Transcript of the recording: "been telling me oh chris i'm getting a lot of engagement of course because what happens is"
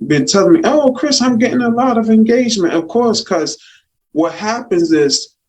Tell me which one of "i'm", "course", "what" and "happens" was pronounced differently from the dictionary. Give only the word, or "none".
none